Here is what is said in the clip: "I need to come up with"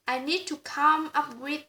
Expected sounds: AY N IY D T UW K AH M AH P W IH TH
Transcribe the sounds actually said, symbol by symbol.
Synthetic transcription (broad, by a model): AY N IY D T UW K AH M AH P W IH